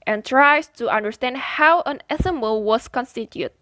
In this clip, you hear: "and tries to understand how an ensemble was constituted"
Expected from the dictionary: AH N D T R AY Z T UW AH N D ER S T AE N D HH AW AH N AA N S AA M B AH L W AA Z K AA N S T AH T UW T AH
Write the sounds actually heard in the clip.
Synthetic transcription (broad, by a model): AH N T R AY S T UW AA N D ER S T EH N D HH AW AH N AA S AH M AH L W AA S K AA N S T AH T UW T